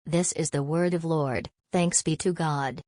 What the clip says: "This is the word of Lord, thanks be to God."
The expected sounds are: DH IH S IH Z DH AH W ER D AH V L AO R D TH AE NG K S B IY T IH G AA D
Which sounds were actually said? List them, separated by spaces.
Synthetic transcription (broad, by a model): DH IH S IH Z DH AH W ER D AH V L AO R D TH AE NG K S B IY T IH G AA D